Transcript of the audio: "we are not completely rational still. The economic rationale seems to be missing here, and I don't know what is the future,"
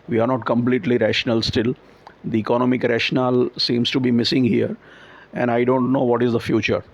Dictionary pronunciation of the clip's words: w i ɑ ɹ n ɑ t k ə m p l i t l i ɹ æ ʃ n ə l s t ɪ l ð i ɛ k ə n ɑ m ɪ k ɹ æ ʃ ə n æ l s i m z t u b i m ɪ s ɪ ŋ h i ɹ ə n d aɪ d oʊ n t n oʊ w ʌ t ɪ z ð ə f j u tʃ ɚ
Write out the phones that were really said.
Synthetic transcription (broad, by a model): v i ɑ ɹ n ɑ t k ə m p l i t l i ɹ æ ʃ n ə l s t ɪ l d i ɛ k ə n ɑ m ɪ k ɹ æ ʃ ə n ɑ l s i m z t u b i m ɪ s ɪ ŋ h i ɹ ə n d aɪ d oʊ n t n oʊ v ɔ t ɪ z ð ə f j u tʃ ɚ